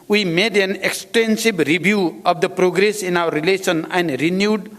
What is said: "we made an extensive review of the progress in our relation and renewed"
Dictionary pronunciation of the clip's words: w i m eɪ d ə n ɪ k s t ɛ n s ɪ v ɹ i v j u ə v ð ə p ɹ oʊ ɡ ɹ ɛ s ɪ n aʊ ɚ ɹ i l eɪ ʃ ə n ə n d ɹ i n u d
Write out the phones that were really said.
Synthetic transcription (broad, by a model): w i m eɪ d ə n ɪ k s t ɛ n s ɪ b ɹ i b j u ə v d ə p ɹ oʊ ɡ ɹ ɛ s ɪ n aʊ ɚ ɹ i l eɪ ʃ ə n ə n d ɹ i n u d